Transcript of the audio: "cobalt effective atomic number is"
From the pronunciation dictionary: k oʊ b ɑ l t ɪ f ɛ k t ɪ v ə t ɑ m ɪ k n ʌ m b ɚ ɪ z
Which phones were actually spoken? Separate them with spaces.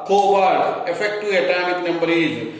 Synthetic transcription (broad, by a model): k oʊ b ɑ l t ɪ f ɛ k t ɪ ə t ɑ m ɪ k n ʌ m b ɚ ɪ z